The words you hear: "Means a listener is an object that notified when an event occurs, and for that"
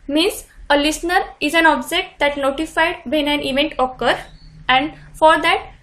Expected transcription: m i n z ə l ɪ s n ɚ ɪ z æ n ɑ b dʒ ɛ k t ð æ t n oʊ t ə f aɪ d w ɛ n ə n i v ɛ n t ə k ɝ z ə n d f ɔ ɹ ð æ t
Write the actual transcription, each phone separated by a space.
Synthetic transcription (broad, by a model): m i n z ə l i s n ɚ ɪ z æ n ɑ b dʒ ɛ k t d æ t n oʊ t ə f aɪ d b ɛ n ə n i v ɛ n t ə k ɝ ə n d f ɔ ɹ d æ t